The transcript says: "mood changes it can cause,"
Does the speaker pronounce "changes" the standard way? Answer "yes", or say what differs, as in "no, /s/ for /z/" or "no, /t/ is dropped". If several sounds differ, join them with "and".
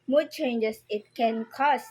no, /s/ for /z/